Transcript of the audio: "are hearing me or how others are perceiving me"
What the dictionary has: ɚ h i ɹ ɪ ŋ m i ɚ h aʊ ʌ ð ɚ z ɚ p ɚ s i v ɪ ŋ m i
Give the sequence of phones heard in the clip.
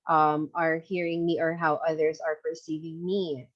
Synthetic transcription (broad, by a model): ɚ h i ɹ ɪ ŋ m i ɚ h aʊ ʌ ð ɚ z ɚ p ɚ s i v ɪ ŋ m i